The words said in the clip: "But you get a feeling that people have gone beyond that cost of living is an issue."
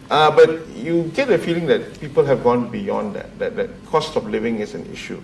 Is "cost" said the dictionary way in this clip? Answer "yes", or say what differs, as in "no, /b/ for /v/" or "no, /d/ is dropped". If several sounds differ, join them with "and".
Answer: yes